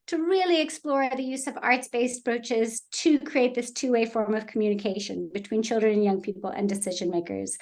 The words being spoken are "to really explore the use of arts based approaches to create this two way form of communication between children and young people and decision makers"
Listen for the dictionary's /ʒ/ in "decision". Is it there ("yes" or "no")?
yes